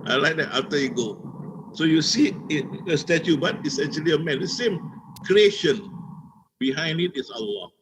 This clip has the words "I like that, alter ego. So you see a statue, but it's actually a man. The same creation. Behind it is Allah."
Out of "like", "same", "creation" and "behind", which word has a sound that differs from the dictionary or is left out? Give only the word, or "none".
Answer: none